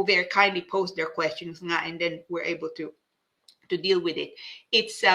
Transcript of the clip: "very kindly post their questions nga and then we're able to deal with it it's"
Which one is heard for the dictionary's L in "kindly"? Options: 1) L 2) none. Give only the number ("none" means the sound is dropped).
1